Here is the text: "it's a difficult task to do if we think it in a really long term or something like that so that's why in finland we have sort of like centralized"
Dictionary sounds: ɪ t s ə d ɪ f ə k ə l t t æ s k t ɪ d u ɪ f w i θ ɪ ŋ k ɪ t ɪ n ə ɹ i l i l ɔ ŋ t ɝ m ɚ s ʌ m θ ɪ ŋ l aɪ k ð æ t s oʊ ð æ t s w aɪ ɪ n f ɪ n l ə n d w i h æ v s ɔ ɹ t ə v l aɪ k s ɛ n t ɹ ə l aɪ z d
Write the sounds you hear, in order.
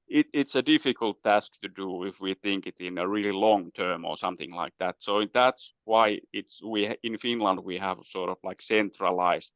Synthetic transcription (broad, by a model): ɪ t s ə d ɪ f ə k ə l t t æ s k t ɪ d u ɪ f w i θ ɪ ŋ k ɪ t ɪ n ə ɹ i l i l ɔ ŋ t ɝ m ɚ s ʌ m θ ɪ ŋ l aɪ k ð æ t s oʊ ð æ t s w aɪ ɪ n f ɪ n l ə n d w i h æ v s ɔ ɹ t ə v l aɪ k s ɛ n t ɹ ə l aɪ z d